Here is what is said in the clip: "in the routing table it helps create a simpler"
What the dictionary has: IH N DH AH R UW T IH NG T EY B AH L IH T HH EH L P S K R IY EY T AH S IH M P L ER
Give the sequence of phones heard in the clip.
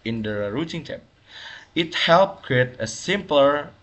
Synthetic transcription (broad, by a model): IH N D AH R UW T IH NG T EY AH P IH T HH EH L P K R IY EY T AH S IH M P L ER